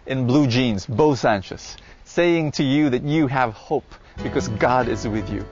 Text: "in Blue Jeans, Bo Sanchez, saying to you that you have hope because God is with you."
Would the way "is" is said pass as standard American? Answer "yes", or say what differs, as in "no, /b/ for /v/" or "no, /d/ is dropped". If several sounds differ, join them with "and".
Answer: yes